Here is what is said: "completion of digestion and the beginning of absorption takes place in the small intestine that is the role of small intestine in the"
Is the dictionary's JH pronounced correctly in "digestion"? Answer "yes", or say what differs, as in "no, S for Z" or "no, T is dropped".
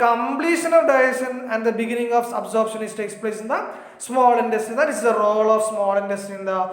no, JH is dropped